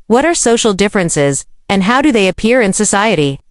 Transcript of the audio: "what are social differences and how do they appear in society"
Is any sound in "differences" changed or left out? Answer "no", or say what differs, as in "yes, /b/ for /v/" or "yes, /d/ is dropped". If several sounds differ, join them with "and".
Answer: no